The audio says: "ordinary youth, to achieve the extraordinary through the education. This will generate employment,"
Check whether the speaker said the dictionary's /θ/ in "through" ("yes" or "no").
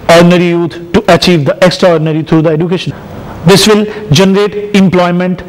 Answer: no